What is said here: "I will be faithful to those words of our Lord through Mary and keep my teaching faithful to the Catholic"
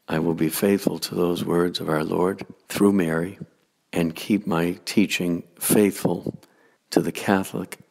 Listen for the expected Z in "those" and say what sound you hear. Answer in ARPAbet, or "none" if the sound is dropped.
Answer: Z